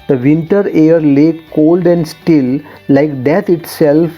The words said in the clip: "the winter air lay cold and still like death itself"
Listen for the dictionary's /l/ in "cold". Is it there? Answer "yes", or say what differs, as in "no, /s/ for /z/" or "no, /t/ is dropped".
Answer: yes